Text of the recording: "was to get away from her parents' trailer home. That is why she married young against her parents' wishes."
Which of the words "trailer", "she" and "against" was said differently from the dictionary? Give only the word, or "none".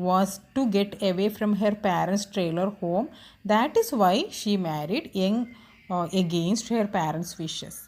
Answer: none